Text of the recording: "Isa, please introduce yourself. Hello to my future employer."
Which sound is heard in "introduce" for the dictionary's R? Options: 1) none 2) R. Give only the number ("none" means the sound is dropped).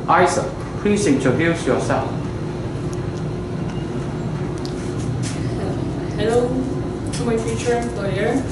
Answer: 1